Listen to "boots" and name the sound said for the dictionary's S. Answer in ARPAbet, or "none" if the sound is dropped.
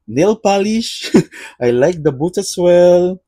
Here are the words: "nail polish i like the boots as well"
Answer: none